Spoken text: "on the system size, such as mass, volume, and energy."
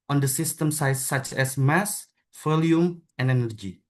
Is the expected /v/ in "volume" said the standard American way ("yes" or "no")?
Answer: no